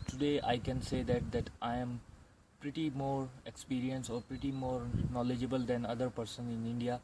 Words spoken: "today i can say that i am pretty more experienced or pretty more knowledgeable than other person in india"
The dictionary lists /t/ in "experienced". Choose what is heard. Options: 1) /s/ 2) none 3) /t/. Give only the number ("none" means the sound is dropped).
2